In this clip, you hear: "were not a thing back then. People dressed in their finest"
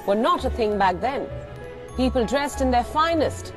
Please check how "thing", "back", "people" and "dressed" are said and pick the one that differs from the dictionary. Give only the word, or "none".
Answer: none